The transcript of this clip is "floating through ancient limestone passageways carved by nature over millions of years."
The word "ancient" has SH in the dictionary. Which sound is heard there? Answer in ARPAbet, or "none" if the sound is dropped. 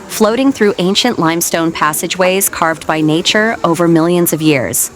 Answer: SH